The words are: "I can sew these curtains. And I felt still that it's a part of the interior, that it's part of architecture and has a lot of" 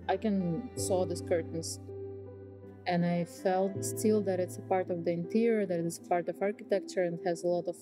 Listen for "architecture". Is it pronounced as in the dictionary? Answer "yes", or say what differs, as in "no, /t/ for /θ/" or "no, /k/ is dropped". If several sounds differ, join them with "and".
yes